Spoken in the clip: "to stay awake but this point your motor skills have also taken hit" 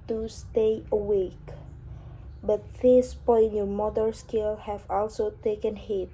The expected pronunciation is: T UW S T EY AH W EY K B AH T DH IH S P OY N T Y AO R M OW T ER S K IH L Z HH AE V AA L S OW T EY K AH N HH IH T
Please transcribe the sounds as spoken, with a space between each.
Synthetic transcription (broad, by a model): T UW S T EY AH W EY K B AH T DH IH S P OY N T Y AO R M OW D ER S K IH L HH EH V AA L S OW T EY K AH N HH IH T